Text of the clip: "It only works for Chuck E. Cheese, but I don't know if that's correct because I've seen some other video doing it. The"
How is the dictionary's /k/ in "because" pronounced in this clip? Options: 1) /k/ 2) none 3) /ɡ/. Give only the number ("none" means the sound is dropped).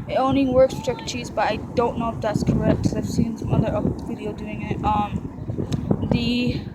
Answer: 2